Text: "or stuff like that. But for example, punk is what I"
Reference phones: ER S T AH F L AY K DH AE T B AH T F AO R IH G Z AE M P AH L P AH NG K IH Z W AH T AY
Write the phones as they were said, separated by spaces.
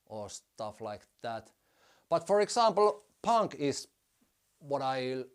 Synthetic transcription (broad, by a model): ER S T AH F L AY K DH AE T B AH T F AO R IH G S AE M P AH L P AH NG K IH S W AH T AY